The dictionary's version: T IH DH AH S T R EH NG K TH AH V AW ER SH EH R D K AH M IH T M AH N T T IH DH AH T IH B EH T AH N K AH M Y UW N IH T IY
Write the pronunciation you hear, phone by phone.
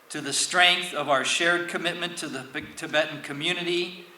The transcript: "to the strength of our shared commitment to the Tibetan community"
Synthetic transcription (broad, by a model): T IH DH AH S T R EH NG K TH AH V AW ER SH EH R D K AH M IH T M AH N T T IH DH AH T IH B EH T N K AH M Y UW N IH T IY